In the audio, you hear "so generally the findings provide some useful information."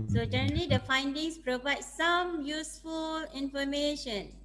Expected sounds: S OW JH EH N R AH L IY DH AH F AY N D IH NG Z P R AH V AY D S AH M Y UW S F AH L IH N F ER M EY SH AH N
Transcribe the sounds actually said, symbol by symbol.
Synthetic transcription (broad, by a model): S OW JH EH R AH L IY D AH F AY N D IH NG S P R AH V AY D S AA M Y UW S F AH L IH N F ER M EY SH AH N